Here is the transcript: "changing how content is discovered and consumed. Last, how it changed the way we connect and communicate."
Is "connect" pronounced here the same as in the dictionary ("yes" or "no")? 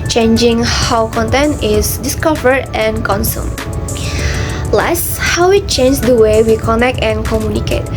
yes